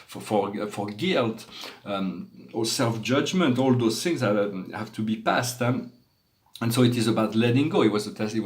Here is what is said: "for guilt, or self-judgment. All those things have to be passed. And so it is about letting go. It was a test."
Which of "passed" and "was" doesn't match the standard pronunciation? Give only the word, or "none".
none